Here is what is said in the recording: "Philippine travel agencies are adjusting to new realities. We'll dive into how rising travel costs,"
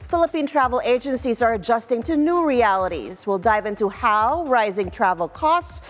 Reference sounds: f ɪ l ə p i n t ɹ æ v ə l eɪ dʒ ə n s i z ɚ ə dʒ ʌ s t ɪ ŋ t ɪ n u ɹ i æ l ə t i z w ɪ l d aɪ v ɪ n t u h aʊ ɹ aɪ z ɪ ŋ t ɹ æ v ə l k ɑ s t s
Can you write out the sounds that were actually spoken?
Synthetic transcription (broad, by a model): f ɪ l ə p i n t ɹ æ v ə l eɪ dʒ ə n s i z ɚ ə dʒ ʌ s t ɪ ŋ t ɪ n u ɹ i æ l ə t i z w ɪ l d aɪ v ɪ n t u h aʊ ɹ aɪ z ɪ ŋ t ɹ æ v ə l k ɑ s t s